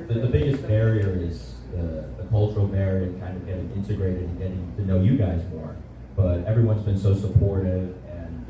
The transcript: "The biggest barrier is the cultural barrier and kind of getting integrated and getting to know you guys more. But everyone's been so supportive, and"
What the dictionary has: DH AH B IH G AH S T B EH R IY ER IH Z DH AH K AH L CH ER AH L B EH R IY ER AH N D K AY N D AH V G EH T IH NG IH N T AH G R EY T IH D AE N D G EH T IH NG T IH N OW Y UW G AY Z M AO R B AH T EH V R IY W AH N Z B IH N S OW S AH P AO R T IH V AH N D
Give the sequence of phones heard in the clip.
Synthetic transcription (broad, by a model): DH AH B IH G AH S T B EH R IY ER IH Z DH AH K AH L CH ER L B EH R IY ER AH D K AY N D AH V G EH T IH NG IH N T AH G R EY T IH D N G EH T IH NG T IH N OW Y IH G AY Z M AO R B AH T EH V R IY W AH N Z B IH N S OW S AH P AO R T IH V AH N